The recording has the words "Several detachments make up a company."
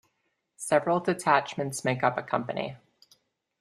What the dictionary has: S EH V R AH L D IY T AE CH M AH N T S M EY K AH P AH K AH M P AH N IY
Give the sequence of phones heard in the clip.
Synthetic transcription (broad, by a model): S EH V R L D IY T AE CH M AH N T S M EY K AH P AH K AH M P AH N IY